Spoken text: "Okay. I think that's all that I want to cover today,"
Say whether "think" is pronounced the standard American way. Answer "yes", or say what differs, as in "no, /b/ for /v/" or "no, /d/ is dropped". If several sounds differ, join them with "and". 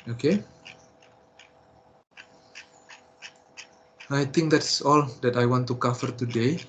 no, /t/ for /θ/